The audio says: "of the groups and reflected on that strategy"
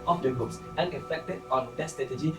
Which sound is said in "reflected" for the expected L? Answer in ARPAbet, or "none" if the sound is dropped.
none